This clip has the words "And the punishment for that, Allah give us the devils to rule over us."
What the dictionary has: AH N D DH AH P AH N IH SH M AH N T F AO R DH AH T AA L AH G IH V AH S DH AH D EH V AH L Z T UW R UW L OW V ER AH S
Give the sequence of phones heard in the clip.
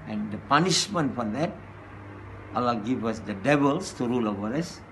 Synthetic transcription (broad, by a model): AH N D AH P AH N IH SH M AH N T F AO R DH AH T AA L AH G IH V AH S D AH D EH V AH L S T UW R UW L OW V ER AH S